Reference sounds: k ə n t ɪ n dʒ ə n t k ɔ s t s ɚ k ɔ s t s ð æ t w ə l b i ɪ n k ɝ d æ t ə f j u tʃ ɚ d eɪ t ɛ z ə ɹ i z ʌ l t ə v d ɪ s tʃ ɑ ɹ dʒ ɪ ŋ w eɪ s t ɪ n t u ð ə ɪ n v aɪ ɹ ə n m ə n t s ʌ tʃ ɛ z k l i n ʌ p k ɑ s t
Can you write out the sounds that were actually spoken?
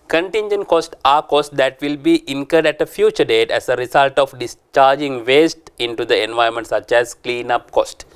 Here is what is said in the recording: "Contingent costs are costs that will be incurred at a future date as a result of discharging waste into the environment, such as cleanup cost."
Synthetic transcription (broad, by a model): k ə n t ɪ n dʒ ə n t k ɔ s t ɑ k ɔ s t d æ t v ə l b i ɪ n k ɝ d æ t ə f j u tʃ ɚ d eɪ t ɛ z ə ɹ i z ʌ l t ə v d ɪ s tʃ ɑ ɹ dʒ ɪ ŋ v eɪ s t ɪ n t u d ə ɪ n v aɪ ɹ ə m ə n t s ʌ tʃ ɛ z k l i n ʌ p k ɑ s t